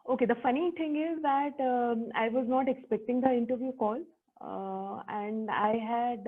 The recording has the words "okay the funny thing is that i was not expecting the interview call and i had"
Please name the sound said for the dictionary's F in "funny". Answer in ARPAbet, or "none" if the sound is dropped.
F